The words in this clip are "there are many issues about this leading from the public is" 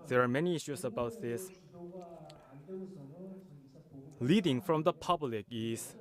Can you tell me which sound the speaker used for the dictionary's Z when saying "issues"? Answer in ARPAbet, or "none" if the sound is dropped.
S